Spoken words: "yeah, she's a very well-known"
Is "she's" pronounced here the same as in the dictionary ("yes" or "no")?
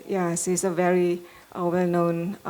no